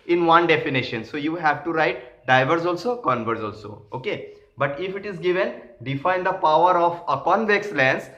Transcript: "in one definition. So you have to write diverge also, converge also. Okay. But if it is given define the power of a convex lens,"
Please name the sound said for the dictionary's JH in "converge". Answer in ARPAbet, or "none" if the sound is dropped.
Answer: Z